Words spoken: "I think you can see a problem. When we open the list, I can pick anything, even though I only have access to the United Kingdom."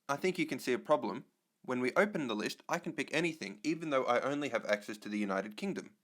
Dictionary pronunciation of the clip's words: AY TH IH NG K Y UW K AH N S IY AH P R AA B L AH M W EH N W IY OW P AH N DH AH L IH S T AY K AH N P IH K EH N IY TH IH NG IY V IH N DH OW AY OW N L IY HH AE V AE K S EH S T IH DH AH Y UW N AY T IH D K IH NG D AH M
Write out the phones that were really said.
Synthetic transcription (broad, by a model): AY TH IH NG K Y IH K AH N S IY AH P R AA B L AH M W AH N W IY OW P AH N DH AH L IH S T AY K N P IH K EH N IY TH IH NG IY V IH N DH OW AY OW N L IY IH V AE K S EH S T IH DH AH Y UW N AY T IH D K IH NG D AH M